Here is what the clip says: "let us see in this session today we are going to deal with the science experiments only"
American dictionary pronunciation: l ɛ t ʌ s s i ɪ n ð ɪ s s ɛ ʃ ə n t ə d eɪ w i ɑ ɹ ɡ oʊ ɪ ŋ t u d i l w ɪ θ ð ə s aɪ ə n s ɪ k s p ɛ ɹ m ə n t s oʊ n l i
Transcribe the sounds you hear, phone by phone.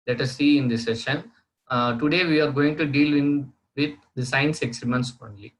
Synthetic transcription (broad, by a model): l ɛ t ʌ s s i ɪ n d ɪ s s ɛ ʃ ə n t ə d eɪ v i ɑ ɹ ɡ oʊ ɪ ŋ t u d i l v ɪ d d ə s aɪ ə n s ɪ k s i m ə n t s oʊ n l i